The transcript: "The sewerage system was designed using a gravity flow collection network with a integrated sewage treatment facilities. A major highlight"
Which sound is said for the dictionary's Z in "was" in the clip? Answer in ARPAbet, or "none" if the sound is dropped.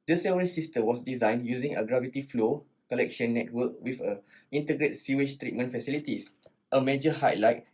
S